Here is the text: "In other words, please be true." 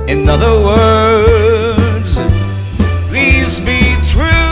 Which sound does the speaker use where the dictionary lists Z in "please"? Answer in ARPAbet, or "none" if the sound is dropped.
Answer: Z